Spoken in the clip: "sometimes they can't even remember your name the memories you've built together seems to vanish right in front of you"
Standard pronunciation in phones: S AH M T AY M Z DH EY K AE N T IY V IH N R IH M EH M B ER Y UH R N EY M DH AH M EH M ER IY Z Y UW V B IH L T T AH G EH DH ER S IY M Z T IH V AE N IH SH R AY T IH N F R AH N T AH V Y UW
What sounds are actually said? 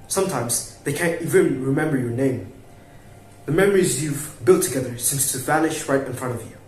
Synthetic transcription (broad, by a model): S AH M T AY M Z DH EY K AE N T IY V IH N R IH M EH M B ER Y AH R N EY M DH AH M EH M ER IY Z Y UW V B IH L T T AH G EH DH ER S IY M S T IH V AE N IH SH R AY T IH N F R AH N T AH V Y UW